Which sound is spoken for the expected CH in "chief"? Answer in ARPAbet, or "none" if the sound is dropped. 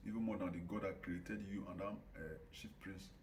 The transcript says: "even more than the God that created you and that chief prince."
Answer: SH